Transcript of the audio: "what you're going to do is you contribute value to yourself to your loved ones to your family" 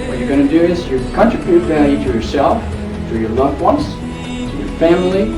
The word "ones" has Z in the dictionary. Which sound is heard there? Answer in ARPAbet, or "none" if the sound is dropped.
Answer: S